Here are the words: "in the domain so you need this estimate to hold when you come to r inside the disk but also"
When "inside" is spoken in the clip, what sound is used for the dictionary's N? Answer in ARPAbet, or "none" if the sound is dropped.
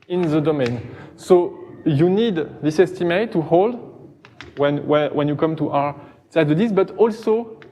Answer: none